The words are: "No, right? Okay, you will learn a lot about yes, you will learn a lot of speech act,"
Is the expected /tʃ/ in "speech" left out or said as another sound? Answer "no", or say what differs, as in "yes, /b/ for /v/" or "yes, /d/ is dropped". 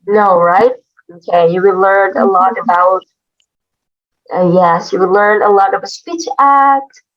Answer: no